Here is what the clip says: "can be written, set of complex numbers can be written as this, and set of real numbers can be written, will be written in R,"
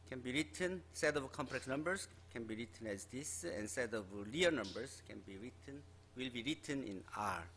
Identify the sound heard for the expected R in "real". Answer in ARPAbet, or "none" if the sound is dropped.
L